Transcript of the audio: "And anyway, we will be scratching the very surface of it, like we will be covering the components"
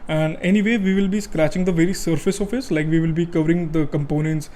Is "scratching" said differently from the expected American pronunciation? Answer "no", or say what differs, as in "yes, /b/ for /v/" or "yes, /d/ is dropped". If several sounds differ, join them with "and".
no